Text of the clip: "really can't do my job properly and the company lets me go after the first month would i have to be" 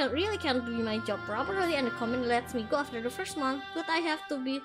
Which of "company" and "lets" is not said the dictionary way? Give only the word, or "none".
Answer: company